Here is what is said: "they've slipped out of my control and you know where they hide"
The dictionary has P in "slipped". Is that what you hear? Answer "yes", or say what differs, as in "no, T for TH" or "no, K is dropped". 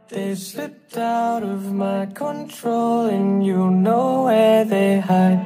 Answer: no, P is dropped